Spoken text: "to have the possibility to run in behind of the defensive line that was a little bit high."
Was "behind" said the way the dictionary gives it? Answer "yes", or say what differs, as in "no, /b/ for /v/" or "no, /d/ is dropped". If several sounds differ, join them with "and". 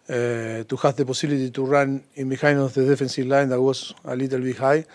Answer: no, /d/ is dropped